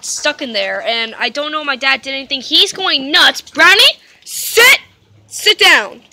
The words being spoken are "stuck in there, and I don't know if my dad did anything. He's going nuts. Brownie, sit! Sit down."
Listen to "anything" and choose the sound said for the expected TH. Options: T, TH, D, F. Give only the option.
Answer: TH